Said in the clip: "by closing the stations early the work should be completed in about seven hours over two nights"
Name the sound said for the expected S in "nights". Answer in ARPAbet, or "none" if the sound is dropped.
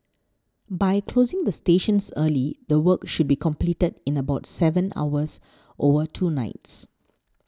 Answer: S